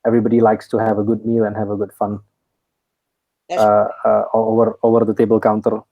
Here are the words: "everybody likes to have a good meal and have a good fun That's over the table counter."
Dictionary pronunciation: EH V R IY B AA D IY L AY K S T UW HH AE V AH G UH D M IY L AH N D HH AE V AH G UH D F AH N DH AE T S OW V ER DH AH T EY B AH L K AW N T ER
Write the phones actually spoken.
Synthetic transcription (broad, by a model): EH V R IY B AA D IY L AY K S T UW HH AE V AH G UH D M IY L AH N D HH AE V AH G UH D F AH N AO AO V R OW V ER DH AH T EY B AH L K AW N T ER